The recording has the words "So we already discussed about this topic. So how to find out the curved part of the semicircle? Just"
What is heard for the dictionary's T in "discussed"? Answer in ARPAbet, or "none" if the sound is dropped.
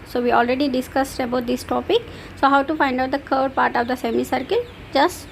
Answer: T